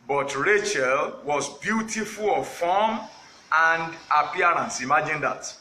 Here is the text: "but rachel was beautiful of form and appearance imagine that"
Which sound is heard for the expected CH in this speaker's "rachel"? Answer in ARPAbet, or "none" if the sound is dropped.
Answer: CH